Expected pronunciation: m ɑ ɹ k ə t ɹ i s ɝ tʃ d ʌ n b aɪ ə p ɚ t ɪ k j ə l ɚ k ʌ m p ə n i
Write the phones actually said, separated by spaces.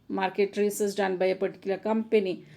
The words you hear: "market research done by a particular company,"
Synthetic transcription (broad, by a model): m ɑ ɹ k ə t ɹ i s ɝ s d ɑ n b aɪ ə p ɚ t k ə l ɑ k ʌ m p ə n i